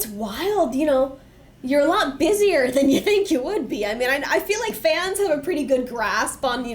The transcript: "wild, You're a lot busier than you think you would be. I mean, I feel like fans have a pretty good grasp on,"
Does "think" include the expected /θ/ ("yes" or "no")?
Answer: yes